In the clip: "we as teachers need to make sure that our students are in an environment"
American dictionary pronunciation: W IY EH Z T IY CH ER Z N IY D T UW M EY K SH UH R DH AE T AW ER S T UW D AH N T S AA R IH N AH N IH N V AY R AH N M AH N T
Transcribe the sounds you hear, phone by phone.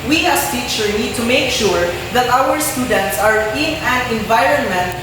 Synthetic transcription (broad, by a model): W IY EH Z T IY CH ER N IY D T UW M EY K SH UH R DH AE T AW ER S T UW D AH N T S AA R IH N AH N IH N V AY R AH N M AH N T